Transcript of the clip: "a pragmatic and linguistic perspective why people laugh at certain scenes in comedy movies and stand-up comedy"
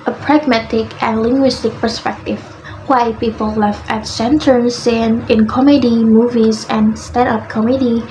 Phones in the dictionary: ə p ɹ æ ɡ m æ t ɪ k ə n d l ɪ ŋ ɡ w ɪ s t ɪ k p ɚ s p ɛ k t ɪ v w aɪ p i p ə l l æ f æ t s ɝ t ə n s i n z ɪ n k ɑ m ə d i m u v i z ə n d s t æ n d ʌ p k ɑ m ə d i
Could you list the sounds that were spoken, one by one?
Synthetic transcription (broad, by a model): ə p ɹ æ ɡ m æ t ɪ k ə n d l ɪ ŋ ɡ w ɪ s t ɪ k p ɚ s p ɛ k t ɪ v w aɪ p i p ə l l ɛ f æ t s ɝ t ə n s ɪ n ɪ n k ɑ m ə d i m u v i z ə n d s t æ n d ʌ p k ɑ m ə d i